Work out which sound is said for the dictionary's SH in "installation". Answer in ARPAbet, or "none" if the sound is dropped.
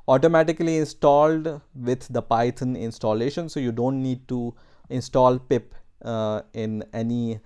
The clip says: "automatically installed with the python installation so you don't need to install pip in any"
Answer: SH